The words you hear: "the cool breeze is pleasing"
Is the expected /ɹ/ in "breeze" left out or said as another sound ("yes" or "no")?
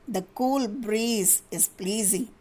no